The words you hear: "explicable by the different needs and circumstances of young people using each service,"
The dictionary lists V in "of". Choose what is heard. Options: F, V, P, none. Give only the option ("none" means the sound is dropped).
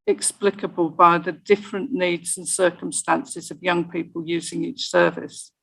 V